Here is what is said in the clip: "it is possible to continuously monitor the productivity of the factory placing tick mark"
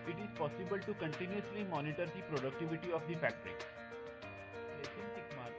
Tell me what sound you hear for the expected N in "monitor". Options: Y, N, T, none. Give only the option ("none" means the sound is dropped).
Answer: N